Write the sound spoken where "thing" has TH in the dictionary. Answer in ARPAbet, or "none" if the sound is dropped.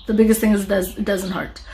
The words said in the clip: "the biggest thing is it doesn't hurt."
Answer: TH